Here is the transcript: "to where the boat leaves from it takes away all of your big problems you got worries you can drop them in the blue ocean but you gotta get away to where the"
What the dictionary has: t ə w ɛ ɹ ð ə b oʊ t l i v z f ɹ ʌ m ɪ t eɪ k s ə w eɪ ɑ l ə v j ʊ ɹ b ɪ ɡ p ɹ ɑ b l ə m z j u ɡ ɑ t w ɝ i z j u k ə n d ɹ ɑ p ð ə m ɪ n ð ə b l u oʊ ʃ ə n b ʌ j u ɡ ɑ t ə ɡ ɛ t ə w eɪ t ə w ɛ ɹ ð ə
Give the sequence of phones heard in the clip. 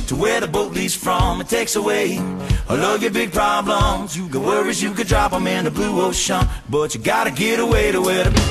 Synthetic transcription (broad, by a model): t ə w ɛ ɹ ð ə b oʊ t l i z f ɹ ʌ m ɪ t eɪ k s ə w eɪ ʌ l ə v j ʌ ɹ b ɪ ɡ p ɹ ɑ b l ə m z j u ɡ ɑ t w ɝ i z j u k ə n d ɹ ɑ p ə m ɪ n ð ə b l u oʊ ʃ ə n b ʌ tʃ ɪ ɡ ɑ t ə ɡ ɛ t ə w eɪ t ə w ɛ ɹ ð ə